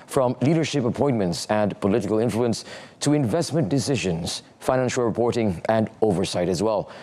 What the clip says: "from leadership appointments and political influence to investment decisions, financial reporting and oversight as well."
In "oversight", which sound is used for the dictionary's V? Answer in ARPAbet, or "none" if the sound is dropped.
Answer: V